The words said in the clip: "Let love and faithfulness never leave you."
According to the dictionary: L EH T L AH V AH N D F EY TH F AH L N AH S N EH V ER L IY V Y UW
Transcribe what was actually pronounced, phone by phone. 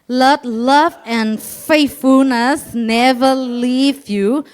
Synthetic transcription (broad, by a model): L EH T L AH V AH N F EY T F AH L N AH S N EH V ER L IY V Y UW